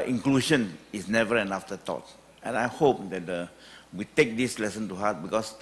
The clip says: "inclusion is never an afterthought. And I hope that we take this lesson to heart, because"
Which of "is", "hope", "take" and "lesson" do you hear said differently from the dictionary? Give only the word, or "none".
is